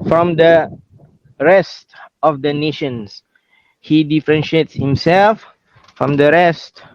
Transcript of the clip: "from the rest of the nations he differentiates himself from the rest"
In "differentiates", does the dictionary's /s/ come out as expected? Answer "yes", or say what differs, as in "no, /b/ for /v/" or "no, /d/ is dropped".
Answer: yes